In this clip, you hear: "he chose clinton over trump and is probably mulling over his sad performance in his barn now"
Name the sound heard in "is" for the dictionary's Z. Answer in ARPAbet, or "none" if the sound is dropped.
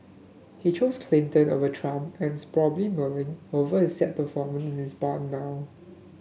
S